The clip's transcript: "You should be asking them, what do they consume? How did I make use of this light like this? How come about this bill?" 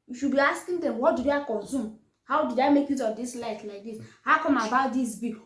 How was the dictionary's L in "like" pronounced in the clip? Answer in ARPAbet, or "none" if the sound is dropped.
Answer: L